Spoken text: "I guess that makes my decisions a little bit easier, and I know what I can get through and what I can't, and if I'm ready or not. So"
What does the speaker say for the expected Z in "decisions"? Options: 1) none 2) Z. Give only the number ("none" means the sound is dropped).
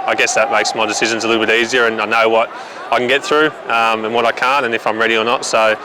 2